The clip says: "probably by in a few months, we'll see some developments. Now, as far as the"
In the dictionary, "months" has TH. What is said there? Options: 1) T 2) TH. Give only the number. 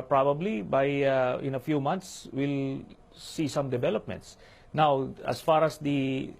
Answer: 1